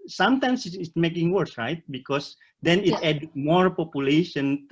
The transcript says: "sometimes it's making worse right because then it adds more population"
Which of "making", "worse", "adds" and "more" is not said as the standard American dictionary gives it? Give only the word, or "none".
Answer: adds